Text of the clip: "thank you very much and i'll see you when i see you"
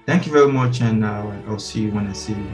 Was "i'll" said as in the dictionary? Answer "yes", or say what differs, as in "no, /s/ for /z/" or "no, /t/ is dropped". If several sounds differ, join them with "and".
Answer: yes